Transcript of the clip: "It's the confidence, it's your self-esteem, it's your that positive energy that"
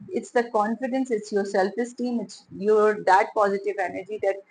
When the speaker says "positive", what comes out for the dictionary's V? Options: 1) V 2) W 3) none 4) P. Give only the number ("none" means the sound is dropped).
1